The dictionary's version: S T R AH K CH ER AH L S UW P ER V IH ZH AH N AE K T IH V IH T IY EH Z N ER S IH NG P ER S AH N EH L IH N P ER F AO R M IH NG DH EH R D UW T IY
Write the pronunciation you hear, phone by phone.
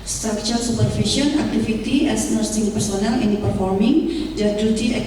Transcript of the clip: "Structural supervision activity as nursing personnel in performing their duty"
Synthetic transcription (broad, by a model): S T R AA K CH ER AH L S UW P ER F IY SH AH N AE K T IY F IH T IY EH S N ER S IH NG P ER S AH N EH L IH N P ER F AO R M IH NG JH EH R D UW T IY